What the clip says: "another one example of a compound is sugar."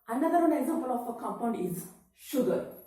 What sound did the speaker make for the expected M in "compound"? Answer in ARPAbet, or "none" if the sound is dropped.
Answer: none